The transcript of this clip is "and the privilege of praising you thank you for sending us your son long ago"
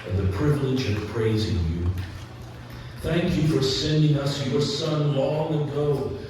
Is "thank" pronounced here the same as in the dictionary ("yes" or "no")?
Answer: yes